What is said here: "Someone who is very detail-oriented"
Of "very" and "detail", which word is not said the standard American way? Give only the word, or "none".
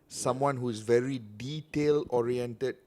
none